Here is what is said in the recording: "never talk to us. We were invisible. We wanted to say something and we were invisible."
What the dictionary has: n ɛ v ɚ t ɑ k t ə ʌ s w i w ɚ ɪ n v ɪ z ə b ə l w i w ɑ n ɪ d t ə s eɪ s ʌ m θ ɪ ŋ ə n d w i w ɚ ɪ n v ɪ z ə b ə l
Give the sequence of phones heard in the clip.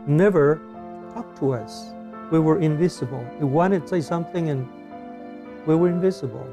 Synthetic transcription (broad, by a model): n ɛ v ɚ t ɑ k t ə ʌ s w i w ɚ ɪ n v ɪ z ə b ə l w i w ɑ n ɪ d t s eɪ s ʌ m θ ɪ ŋ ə n w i w ɚ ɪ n v ɪ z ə b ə l